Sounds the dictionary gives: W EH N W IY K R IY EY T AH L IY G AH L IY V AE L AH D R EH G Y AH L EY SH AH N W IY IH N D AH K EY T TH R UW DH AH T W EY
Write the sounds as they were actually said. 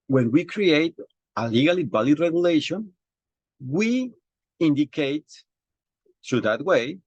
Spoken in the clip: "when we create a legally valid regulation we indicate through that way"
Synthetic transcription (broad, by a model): W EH N W IY K R IY EY T AH L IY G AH L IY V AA L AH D R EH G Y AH L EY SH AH N W IY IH N D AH K EY T T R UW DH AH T W EY